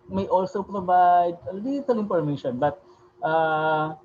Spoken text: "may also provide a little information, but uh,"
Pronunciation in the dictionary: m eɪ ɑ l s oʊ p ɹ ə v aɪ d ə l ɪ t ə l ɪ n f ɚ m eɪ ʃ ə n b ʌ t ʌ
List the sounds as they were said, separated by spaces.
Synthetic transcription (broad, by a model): m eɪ ɑ l s oʊ p ɹ ə v aɪ d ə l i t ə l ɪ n p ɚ m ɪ ʃ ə n b ʌ t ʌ